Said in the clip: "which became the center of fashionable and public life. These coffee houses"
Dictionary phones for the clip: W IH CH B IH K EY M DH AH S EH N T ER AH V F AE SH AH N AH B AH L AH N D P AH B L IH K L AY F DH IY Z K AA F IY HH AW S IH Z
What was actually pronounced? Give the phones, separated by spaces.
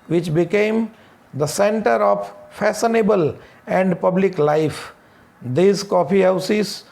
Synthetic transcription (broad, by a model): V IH CH B IH K EY M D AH S EH N T ER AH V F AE S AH N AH B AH L AH N D P AH B L IH K L AY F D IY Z K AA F IY HH AW S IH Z